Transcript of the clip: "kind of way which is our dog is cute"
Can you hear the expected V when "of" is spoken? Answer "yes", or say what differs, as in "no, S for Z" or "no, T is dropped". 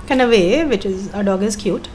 yes